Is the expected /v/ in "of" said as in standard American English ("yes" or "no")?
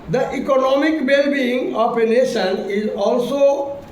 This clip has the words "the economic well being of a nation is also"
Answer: no